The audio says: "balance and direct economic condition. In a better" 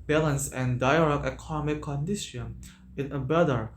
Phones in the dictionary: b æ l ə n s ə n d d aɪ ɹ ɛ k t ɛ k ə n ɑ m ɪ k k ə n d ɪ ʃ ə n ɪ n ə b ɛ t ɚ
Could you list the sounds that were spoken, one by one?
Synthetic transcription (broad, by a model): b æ l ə n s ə n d d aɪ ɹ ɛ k ɛ k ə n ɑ m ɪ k k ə n d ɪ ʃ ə n ɪ n ə b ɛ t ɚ